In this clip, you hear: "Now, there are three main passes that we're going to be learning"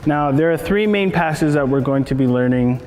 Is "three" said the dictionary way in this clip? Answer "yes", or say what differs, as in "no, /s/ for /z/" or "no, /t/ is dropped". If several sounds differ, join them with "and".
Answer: yes